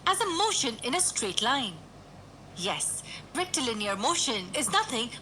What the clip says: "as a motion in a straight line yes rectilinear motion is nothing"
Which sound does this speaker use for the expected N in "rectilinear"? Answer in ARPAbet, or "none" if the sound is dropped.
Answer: N